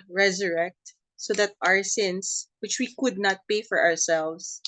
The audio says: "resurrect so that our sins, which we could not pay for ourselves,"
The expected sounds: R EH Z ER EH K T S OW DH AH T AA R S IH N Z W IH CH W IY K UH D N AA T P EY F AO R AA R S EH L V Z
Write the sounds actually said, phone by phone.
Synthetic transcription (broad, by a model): R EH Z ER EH K T S OW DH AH T AA R S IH N S W IH CH W IY K UH D N AA T P EY F AO R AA R S EH L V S